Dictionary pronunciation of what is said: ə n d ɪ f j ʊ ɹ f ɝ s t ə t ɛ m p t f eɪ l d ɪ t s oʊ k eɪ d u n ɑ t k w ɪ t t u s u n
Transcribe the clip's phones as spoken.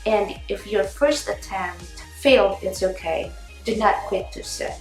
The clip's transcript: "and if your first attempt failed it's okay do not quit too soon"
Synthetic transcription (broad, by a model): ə n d ɪ f j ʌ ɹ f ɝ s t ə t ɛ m t f eɪ l d ɪ t s oʊ k eɪ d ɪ n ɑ t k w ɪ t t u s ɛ